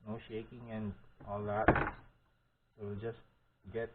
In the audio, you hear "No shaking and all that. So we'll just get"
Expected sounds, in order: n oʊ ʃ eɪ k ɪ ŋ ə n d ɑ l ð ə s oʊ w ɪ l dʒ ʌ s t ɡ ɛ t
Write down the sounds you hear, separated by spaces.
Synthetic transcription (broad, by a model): n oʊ ʃ eɪ k ɪ ŋ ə n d ɑ l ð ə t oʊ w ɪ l dʒ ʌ s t ɡ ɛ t